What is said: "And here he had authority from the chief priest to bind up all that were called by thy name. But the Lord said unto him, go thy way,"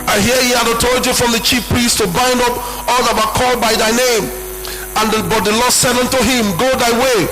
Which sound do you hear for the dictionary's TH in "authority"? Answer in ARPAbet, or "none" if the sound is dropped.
T